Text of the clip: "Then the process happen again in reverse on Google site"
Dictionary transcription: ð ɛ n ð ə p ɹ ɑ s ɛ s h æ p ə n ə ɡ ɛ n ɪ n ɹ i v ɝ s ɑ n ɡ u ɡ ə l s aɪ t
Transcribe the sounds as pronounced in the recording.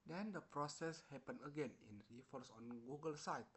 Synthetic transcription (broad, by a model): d ɛ n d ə p ɹ ɑ s ɛ s h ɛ p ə n ə ɡ ɛ n ɪ n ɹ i f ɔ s ɑ n ɡ u ɡ ə l s aɪ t